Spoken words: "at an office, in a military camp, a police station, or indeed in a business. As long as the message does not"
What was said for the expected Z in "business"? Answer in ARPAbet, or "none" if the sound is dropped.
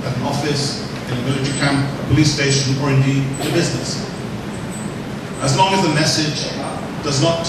Z